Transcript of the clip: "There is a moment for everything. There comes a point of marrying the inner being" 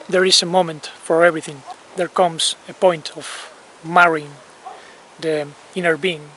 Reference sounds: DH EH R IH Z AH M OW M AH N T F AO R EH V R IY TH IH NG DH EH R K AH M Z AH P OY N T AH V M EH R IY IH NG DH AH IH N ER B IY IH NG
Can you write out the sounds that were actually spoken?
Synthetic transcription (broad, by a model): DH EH R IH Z AH M OW M AH N T F AO R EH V R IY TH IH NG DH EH R K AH M S AH P OY N T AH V M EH R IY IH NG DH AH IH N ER B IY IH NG